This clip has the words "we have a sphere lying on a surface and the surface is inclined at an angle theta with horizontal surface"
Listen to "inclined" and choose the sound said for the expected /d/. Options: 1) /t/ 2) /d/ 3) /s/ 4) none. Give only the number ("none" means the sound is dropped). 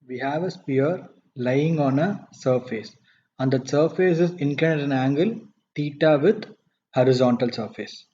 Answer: 4